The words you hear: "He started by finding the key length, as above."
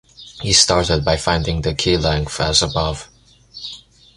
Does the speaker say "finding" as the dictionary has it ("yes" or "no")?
yes